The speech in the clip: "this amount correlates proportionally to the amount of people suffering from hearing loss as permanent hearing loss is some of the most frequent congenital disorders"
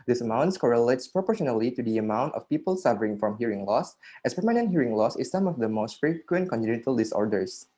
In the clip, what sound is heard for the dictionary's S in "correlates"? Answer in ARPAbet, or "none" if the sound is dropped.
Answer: S